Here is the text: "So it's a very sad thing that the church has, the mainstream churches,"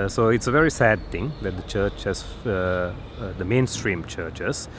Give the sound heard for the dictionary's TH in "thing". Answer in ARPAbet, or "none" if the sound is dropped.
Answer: T